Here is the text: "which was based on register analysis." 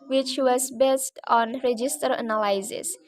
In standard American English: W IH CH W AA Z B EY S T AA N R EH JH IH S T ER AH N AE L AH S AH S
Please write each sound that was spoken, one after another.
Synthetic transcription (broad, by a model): W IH CH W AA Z B EY S T AA N R EH JH IH S T ER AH N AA L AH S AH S